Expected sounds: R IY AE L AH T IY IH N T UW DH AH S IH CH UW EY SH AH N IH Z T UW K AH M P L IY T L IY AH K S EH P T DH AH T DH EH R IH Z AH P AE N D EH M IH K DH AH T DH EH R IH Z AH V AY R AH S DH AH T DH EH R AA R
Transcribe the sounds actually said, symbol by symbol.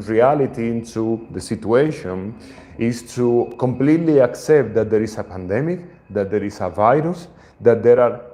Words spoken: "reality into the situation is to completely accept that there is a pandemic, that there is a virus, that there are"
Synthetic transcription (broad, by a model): R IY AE L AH T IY IH N T UW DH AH S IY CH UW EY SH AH N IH S T UW K AH M P L IY T L IY AH K S EH P T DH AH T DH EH R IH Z AH P AE N D EH M IH K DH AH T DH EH R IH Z AH V AY R AH S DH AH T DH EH R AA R